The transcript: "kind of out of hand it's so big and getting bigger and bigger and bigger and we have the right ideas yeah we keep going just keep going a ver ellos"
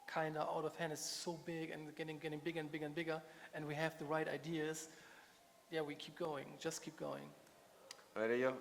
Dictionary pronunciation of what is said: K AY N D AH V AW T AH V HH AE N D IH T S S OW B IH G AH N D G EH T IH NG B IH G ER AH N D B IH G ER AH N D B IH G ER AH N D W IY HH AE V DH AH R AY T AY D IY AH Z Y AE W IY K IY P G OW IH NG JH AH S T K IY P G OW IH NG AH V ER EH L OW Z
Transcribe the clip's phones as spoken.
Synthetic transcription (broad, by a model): K AY N D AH AW T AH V HH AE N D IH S S OW B IH G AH N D G EH T IH NG B IH G ER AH N B IH G ER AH N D B IH G ER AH N W IY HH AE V DH AH R AY T AY D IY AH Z Y AE W IY K IY P G OW IH NG JH AH S T K IY P G OW IH NG AH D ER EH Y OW